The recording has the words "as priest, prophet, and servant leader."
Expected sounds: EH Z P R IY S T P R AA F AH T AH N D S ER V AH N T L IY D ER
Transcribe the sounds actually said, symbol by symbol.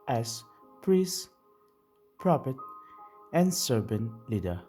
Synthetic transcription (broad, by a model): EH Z P R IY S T P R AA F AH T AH N S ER B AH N L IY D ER